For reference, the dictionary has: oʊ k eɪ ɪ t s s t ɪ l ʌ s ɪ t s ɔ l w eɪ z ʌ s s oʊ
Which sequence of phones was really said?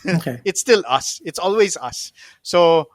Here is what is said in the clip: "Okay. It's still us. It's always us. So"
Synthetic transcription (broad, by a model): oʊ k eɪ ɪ t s s t ɪ l ʌ s ɪ t s ɔ l w eɪ z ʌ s s oʊ